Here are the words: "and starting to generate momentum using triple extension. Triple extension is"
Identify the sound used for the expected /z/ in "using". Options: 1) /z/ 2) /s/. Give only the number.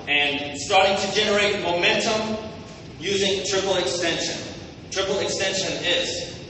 1